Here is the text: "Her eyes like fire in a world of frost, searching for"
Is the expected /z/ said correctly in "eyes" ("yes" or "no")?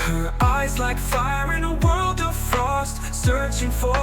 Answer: yes